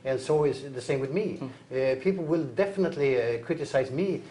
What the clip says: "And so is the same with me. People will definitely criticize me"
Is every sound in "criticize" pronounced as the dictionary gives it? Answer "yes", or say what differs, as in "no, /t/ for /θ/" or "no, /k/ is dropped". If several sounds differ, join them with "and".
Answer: yes